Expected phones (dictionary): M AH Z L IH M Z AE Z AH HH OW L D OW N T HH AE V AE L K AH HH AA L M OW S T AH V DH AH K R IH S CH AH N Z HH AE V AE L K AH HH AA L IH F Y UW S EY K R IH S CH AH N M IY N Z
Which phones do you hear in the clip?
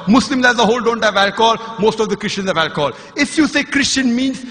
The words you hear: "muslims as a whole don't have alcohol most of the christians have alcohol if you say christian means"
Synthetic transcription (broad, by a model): M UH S L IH M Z AE Z AH HH OW L D OW N T HH AE V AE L K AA L M OW S T AH V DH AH K R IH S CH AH N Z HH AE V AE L K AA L IH F Y UW S EY K R IH S CH AH N M IY N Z